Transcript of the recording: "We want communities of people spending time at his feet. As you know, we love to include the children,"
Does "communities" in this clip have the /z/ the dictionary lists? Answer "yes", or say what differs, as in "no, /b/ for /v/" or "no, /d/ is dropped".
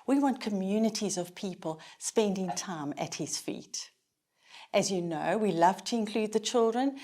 yes